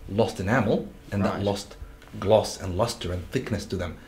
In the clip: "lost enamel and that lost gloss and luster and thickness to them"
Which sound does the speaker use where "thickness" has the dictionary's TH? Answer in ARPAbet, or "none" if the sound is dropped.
TH